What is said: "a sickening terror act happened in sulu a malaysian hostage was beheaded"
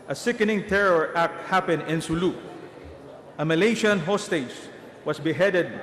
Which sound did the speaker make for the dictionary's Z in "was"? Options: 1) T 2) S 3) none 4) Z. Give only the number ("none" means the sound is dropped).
2